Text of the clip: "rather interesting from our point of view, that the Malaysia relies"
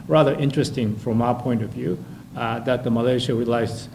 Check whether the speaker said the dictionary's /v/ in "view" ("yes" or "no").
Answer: yes